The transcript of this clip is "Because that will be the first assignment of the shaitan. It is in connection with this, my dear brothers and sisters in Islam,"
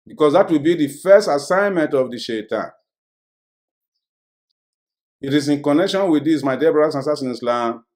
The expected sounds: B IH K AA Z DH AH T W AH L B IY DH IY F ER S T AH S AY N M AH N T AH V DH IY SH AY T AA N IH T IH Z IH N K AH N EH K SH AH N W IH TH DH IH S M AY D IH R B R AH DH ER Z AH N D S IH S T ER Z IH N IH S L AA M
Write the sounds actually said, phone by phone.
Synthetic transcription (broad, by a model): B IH K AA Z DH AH T W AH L B IY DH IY F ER S T AH S AY N M AH N T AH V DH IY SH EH T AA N IH T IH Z IH N K AH N EH K SH AH N W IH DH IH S M AY D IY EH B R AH AA S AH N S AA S IH N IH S L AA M